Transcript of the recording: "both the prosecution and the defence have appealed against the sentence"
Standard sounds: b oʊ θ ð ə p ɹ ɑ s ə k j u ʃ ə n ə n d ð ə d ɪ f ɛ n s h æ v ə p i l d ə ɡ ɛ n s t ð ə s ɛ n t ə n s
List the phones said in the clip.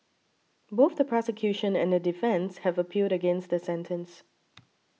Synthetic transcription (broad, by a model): b oʊ θ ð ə p ɹ ɑ s ə k j u ʃ ə n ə n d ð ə d ɪ f ɛ n s h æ v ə p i d ə ɡ ɛ n s t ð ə s ɛ n t ə n s